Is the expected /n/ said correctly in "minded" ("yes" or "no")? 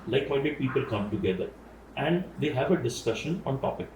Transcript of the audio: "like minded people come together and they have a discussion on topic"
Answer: no